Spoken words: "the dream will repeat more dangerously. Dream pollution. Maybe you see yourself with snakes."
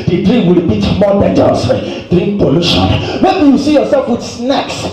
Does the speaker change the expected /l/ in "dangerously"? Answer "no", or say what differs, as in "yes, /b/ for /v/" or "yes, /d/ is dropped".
yes, /l/ is dropped